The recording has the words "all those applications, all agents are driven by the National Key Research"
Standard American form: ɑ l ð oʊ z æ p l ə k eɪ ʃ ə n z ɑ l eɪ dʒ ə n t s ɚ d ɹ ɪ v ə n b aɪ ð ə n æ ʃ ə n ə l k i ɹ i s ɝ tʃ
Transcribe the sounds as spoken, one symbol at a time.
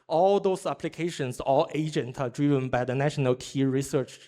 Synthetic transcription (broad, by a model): ɑ l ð oʊ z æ p l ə k eɪ ʃ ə n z ɑ l eɪ dʒ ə n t ɚ d ɹ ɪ v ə n b aɪ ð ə n æ ʃ ə n ə l k i ɹ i s ɝ tʃ